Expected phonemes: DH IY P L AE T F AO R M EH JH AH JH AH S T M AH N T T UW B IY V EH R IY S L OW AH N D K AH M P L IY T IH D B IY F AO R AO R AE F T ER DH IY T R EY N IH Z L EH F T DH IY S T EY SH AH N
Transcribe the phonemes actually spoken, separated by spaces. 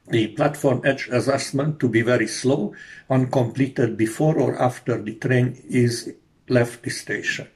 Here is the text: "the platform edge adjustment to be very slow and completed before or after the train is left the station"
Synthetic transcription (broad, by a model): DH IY P L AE T F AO R M EH JH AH Z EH S M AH N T T UW B IY V EH R IY S L OW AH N K AH M P L IY T IH D B IY F AO R AO R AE F T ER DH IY T R EY N IH Z L EH F T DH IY S T EY SH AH N